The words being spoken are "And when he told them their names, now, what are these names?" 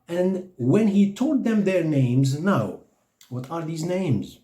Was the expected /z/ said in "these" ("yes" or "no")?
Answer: yes